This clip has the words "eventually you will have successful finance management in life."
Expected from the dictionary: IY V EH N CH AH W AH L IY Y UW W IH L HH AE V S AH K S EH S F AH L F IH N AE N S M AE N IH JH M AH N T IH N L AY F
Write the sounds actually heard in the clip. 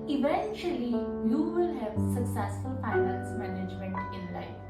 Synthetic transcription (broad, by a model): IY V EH N CH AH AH L IY Y UW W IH L HH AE V S AH K S EH S F AH L P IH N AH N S M AE N IH JH M AH N T IH N L AY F